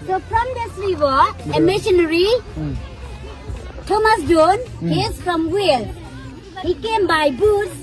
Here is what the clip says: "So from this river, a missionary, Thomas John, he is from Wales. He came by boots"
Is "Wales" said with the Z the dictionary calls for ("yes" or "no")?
no